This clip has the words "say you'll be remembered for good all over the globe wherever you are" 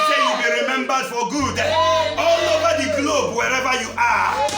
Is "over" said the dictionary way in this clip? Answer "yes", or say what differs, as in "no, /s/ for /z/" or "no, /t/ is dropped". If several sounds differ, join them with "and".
no, /b/ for /v/